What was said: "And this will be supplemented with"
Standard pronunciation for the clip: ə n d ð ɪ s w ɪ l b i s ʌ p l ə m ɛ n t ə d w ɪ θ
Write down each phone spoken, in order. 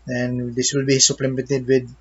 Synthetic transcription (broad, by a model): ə n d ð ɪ s w ɪ l b i s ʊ p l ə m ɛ t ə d w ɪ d